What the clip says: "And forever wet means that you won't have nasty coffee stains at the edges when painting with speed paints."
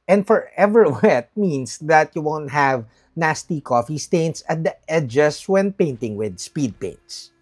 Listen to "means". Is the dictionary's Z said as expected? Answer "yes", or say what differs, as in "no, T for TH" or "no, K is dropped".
no, S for Z